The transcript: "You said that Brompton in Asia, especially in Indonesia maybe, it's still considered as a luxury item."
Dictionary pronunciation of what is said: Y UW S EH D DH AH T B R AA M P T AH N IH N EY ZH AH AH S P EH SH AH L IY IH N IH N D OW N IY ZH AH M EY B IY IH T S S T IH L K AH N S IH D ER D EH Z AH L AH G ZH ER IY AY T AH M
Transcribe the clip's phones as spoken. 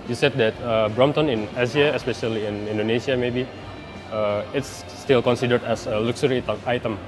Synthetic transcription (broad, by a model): Y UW S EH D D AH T B R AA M T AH N IH N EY Z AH AH S P EH SH AH L IY IH N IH N D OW N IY S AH M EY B IY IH T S S T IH L K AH N S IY D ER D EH S AH L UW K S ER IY AY T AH M